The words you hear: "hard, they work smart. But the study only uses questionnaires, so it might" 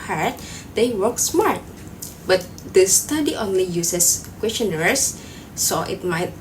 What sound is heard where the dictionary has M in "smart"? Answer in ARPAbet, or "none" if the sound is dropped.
M